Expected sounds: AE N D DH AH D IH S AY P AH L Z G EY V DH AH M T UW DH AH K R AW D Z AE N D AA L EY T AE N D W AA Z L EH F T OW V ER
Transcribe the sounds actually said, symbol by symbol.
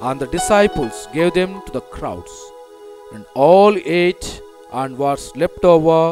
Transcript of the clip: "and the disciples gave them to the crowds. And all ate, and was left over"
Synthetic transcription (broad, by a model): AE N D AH D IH S AY P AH L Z G EY V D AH M T UW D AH K R AW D S AE N D AA L EY T AE N D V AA S L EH P T OW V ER